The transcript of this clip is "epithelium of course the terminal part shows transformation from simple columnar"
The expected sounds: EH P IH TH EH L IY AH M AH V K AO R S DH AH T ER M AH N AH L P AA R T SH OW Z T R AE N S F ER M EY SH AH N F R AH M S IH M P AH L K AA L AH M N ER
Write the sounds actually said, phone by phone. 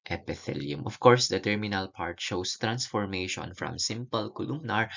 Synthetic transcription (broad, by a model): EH P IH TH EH L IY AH M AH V K AO R S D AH T ER M AH N AH L P AA R T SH OW S T R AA N S F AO M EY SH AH N F R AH M S IH M P AH L K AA L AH M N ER